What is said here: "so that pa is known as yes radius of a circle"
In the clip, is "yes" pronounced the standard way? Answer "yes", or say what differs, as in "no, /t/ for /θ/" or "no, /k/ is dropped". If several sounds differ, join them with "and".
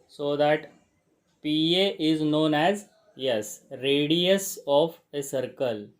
yes